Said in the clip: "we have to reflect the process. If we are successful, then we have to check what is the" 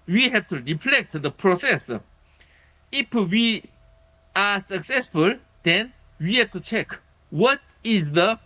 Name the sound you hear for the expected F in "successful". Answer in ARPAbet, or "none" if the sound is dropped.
F